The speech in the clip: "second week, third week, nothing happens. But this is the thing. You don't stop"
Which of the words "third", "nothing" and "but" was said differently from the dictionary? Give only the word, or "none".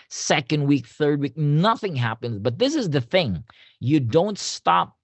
none